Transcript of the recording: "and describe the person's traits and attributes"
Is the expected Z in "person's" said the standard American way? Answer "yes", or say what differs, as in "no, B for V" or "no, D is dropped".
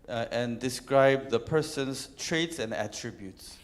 no, S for Z